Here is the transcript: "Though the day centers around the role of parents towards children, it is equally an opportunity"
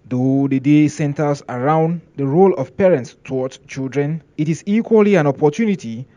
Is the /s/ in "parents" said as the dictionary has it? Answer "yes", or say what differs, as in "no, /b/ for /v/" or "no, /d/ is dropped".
yes